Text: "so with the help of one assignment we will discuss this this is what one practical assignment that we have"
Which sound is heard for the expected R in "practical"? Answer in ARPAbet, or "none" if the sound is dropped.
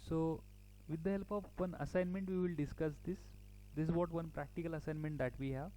R